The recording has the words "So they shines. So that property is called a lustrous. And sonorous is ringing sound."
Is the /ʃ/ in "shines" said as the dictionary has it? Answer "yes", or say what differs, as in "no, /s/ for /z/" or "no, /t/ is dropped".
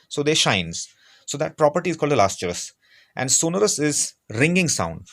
yes